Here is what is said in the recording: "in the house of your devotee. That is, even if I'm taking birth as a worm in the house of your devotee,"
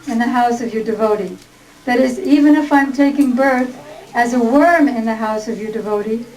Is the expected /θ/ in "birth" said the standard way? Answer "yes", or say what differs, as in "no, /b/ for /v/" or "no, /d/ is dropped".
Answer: yes